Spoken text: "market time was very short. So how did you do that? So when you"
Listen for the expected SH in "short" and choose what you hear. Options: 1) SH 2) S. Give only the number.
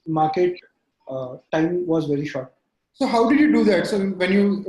1